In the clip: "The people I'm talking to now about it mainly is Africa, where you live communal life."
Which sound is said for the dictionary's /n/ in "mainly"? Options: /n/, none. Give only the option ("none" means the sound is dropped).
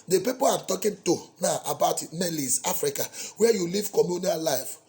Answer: none